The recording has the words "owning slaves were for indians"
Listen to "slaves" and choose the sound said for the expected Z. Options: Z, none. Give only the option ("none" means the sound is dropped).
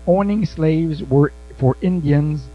Z